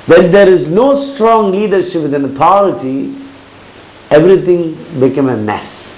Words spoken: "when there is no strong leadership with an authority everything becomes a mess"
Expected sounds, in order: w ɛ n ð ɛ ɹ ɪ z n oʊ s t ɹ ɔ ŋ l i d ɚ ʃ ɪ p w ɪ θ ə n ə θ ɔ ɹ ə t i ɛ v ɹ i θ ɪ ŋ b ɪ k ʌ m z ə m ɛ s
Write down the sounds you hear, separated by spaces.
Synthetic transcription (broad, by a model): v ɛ n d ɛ ɹ ɪ z n oʊ s t ɹ ɔ ŋ l i d ɚ ʃ ɪ p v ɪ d ə n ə t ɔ ɹ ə t i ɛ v ɹ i t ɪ ŋ b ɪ k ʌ m ə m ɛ s